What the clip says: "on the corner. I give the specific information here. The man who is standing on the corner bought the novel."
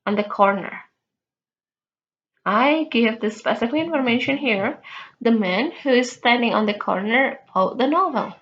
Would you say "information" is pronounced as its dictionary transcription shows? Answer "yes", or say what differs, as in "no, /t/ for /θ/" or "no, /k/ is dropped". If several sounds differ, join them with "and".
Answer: yes